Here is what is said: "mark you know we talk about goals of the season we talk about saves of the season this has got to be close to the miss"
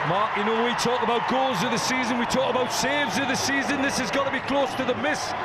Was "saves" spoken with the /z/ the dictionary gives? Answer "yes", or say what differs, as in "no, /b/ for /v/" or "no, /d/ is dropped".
yes